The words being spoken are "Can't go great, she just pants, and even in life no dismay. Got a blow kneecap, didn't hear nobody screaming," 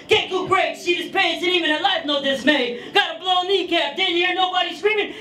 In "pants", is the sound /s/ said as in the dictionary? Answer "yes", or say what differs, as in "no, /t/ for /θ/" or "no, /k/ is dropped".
no, /s/ is dropped